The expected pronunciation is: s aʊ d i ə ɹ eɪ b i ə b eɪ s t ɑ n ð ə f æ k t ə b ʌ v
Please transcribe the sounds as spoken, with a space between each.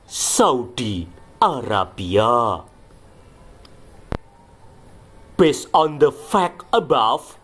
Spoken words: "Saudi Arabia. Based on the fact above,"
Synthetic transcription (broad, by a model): s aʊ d i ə ɹ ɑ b i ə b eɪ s ɑ n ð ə f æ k ə b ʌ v